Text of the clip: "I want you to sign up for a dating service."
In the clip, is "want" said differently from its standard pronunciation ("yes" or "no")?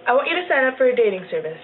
yes